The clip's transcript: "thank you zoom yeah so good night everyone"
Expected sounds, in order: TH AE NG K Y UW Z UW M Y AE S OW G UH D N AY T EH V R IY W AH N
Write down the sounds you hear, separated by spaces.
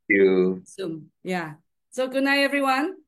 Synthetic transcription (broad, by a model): Y UW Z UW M Y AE S OW G UH D N AY EH V R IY W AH N